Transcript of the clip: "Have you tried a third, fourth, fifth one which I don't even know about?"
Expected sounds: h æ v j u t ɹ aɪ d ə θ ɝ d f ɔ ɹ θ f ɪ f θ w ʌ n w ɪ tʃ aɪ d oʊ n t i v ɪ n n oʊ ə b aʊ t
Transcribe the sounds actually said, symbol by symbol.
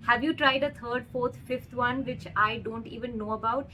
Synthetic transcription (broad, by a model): h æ v j u t ɹ aɪ d ə t ɝ d f ɔ ɹ t f ɪ f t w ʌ n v ɪ tʃ aɪ d oʊ n t i v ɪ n n oʊ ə b aʊ t